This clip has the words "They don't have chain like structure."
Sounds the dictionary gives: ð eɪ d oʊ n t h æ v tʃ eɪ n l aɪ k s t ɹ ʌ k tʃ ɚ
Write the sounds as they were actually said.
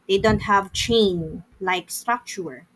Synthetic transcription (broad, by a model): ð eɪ d oʊ n t h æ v tʃ eɪ n l aɪ k s t ɹ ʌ k tʃ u